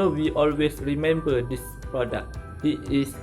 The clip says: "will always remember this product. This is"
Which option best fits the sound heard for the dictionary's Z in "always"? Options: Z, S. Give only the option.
S